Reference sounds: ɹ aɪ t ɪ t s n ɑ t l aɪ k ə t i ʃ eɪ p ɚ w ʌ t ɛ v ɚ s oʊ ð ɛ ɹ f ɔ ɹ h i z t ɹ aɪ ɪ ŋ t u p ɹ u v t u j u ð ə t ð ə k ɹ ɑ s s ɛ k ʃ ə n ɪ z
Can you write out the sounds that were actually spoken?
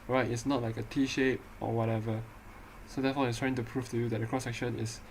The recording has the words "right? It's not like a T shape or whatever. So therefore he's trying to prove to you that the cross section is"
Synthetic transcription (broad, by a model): ɹ aɪ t ɪ t s n ɑ t l aɪ k ə t i ʃ eɪ p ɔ w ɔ t ɛ v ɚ s oʊ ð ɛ f ɔ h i s t ɹ aɪ ɪ ŋ t u p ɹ u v t u j u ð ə t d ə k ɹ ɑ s s ɛ k ʃ ə n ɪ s